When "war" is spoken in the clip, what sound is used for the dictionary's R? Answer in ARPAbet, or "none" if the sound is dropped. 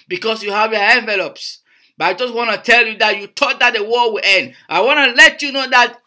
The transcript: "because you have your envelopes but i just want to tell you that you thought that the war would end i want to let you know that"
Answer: L